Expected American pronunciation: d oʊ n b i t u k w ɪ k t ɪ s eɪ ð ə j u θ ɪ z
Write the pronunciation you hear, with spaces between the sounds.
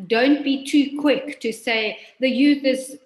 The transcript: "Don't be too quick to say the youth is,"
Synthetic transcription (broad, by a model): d oʊ n b i t u k w ɪ k t ɪ s eɪ ð ə j u θ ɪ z